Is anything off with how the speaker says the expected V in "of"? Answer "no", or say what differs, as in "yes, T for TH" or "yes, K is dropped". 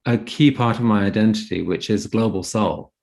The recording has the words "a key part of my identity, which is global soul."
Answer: no